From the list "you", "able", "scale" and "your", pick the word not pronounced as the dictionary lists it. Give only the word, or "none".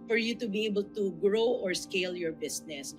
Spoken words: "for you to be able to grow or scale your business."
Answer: none